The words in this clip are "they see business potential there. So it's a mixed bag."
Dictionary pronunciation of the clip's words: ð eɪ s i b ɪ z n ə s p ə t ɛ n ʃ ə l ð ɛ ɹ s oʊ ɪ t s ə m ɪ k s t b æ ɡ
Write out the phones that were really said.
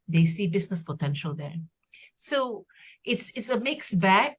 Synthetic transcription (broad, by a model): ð eɪ s i b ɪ s n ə s p ə t ɛ n ʃ ə l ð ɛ ɹ s oʊ ɪ t s ə m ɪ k s b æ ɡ